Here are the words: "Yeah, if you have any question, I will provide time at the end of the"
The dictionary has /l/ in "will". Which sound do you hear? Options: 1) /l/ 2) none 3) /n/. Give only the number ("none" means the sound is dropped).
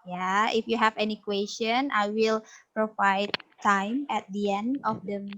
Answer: 1